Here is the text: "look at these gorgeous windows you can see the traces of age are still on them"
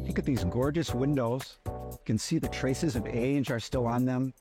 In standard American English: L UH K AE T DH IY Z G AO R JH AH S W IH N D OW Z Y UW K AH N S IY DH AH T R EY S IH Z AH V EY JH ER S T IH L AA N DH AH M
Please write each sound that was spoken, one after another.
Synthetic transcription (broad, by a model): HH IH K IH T DH IY Z G AO R JH AH S W IH N D OW Z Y K AH N S IY DH AH T R EY S IH Z AH V EY JH ER S T IH L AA N DH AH M